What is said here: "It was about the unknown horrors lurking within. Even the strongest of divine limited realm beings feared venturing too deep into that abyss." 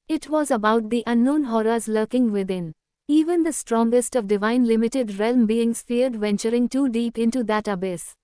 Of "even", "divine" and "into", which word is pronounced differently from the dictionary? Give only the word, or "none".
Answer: none